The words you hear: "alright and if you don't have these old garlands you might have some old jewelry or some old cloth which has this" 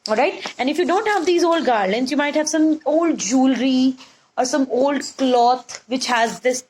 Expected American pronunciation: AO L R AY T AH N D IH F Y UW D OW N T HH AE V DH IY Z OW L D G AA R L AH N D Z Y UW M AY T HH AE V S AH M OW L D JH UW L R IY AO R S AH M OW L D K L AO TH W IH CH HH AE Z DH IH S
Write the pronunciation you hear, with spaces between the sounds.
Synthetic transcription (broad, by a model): AO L R AY T AH N D IH F Y UW D OW N T HH AE V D IY Z OW L D G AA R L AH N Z Y UW M AY T HH AE V S AH M OW L D JH UW L R IY AO R S AH M OW L D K L AO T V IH CH HH AE Z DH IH S